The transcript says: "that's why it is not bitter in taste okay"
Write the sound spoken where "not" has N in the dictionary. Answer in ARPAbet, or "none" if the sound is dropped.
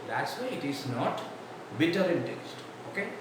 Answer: N